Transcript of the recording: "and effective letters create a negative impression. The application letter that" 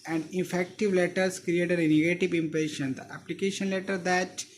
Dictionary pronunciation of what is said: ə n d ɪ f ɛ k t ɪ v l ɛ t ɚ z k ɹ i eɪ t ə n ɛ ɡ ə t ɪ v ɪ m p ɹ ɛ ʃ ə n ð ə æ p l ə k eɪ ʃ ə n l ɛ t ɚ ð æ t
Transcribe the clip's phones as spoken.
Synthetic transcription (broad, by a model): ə n d ɪ f ɛ k t ɪ v l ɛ t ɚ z k ɹ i eɪ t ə n ɛ ɡ ə t ɪ v ɪ m p ɹ ɛ ʃ ə n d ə æ p l ə k eɪ ʃ ə n l ɛ t ɚ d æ t